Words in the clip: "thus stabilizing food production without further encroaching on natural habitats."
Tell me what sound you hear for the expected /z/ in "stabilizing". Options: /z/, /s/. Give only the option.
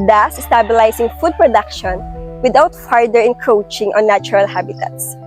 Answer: /s/